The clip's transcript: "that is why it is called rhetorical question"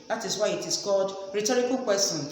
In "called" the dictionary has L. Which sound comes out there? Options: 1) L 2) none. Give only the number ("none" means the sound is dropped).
2